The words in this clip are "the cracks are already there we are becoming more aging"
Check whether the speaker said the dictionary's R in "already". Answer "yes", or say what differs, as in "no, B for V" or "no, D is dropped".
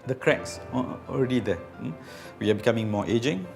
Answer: yes